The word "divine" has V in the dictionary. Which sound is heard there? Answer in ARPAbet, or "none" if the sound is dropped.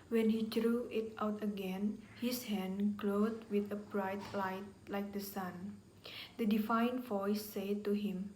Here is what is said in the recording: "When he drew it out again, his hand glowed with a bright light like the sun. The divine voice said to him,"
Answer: F